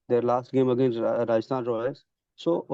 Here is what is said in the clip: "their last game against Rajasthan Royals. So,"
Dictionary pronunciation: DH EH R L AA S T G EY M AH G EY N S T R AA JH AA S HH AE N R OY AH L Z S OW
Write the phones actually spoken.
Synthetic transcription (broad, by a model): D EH R L AA S T G EY M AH G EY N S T R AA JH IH S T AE N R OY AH Z S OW